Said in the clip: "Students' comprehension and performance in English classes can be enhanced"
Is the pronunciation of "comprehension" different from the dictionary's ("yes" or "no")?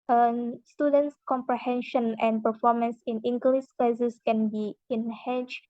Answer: no